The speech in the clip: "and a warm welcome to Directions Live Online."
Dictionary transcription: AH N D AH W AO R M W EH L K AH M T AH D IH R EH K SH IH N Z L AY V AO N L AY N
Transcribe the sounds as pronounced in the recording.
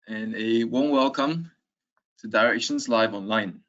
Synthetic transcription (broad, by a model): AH N AH W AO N W EH L K AH M T AH D IH R EH K SH IH N Z L AY V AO N L AY N